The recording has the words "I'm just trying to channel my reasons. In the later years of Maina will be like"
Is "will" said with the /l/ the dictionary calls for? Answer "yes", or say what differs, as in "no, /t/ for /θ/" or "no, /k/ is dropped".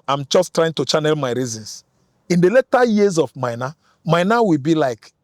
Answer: no, /w/ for /l/